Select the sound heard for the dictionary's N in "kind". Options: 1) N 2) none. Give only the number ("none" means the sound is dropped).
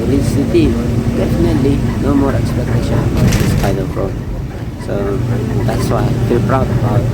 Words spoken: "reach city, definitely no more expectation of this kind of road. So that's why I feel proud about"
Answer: 2